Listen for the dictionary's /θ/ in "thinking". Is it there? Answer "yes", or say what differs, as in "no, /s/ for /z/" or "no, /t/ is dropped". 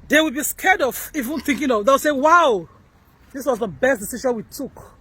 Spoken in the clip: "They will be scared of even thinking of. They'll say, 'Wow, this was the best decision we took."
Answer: yes